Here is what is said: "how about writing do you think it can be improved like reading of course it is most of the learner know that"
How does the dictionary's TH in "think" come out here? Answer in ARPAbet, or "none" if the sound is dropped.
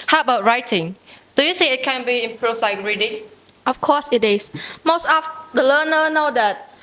S